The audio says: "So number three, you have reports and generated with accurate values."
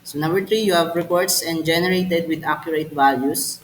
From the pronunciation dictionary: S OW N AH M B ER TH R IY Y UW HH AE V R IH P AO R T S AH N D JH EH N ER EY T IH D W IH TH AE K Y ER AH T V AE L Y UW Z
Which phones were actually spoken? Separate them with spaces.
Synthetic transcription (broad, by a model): S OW N AH M B ER T R IY Y UW HH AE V R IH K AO R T S AH N D JH EH N ER EY T IH D W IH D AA K Y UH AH T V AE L Y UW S